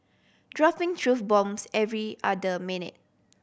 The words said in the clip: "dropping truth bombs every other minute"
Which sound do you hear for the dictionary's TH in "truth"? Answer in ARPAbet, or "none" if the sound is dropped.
F